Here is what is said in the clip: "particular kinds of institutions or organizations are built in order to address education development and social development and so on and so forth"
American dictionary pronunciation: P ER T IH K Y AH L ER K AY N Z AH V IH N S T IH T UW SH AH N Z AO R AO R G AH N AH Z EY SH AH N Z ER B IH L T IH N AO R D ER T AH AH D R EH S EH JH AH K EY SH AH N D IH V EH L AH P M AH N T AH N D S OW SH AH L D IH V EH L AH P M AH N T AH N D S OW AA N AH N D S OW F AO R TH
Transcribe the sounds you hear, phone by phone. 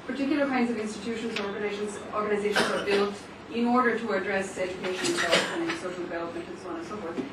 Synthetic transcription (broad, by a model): P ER T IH K Y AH L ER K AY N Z AH V IH N S T IH T UW SH AH N Z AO R AO R G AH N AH Z EY SH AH N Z ER B IH L T IH N AO R D ER T AH AH D R EH S EH JH AH K EY SH AH N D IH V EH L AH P AH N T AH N S OW SH L D IH V EH L AH P M AH N T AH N S OW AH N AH N S OW F AO R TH